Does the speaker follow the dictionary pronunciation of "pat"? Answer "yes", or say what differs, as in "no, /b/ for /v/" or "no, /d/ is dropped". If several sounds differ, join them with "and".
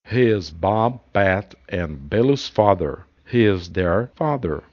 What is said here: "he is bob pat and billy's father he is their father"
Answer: no, /b/ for /p/